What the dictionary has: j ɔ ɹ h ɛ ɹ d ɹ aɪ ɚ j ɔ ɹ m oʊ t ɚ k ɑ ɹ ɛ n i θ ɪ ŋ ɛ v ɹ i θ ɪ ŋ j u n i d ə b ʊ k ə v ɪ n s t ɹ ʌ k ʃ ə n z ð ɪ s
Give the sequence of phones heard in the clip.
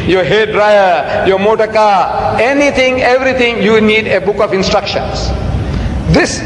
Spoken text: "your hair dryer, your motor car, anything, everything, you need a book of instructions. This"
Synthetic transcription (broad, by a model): j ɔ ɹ h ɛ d ɹ aɪ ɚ j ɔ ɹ m oʊ t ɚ k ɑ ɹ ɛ n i t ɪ ŋ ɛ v ɹ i t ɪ ŋ j u n i d ə b ʊ k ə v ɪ n s t ɹ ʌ k ʃ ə n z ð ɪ s